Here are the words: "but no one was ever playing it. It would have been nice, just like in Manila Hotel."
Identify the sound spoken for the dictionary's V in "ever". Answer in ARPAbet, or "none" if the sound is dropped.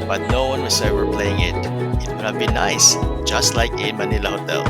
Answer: W